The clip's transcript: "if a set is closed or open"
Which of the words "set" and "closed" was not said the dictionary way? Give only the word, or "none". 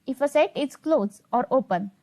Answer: closed